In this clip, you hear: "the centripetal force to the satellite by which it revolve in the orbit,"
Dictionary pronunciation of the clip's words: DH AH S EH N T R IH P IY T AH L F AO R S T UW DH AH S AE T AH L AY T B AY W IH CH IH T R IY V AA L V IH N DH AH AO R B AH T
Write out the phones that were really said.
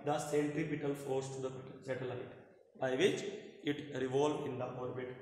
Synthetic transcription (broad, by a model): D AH S EH N T R IH P IY T AH L F AO R S T UW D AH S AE T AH L AY T B AY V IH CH IH T R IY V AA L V IH N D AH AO R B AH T